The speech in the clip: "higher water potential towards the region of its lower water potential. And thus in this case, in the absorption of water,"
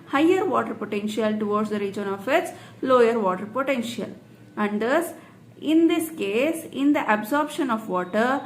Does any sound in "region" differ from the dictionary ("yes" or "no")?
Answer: no